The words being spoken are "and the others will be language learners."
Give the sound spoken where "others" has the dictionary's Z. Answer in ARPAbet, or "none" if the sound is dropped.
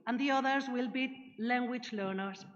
Z